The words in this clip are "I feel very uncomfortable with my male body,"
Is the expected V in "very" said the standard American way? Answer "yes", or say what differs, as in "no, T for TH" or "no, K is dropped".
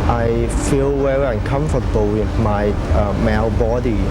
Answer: no, W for V